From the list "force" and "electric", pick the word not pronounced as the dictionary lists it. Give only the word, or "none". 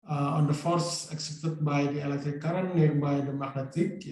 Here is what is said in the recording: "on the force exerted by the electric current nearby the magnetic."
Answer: electric